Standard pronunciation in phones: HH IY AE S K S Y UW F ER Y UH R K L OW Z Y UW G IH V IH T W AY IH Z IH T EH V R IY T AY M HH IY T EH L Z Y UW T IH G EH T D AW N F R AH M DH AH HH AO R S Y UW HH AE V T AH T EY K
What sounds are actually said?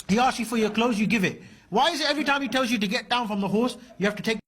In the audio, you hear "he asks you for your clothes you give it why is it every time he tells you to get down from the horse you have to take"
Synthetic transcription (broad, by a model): HH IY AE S S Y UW F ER Y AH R K L OW Z Y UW G IH V IH T W AY IH Z IH T EH V R IY T AY M HH IY T EH L Z Y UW T IH G EH T D AW N F R AH M DH AH HH AO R S Y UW HH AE F T AH T EY K